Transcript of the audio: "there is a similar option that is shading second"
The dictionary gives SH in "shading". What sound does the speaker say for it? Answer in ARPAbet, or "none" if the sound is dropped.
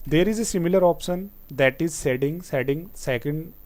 S